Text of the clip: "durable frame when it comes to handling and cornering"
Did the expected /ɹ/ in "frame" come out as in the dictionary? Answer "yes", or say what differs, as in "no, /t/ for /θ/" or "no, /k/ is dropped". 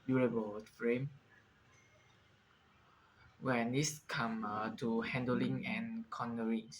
yes